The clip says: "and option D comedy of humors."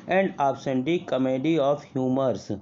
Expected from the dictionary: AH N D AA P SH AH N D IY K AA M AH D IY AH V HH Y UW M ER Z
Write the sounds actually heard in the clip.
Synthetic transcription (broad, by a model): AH N D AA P S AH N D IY K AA M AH D IY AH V HH Y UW M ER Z